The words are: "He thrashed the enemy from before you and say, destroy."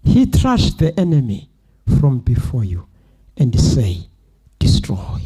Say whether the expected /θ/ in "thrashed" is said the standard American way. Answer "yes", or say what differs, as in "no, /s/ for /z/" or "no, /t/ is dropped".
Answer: no, /t/ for /θ/